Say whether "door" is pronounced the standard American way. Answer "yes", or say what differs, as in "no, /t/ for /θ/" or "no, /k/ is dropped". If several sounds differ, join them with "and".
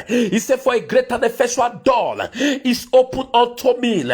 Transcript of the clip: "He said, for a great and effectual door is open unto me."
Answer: no, /l/ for /ɹ/